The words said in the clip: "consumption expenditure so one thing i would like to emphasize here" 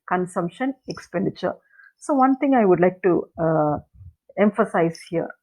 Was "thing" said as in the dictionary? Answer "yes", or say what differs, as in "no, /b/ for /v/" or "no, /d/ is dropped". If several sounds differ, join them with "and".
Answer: no, /t/ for /θ/